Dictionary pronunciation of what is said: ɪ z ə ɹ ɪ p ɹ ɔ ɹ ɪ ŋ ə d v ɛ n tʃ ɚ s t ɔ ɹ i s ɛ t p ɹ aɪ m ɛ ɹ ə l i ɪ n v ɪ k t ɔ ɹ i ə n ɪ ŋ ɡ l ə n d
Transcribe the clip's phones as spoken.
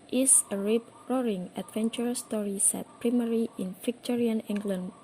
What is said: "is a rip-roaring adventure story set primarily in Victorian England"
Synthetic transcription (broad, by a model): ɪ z ə ɹ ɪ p ɹ ɔ ɹ ɪ ŋ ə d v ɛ n tʃ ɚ s t ɔ ɹ i s ɛ t p ɹ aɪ m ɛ ɹ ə i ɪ n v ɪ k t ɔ ɹ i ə n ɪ ŋ ɡ l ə n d